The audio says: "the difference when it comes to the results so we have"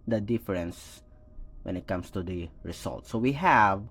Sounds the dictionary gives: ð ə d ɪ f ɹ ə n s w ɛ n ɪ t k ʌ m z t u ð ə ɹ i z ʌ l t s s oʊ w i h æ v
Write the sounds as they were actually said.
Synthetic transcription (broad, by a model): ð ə d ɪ f ɹ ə n s w ɛ n ɪ t k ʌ m s t u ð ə ɹ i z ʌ l t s s oʊ w i h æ v